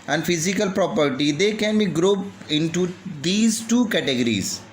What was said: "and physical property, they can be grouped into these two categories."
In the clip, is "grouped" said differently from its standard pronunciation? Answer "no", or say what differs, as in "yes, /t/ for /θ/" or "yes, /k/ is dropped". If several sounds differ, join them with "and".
yes, /t/ is dropped